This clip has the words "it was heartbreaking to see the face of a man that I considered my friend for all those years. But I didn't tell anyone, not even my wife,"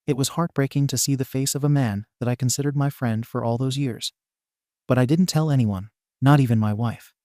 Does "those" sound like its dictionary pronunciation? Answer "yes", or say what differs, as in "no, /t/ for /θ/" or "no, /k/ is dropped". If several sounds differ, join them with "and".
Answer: yes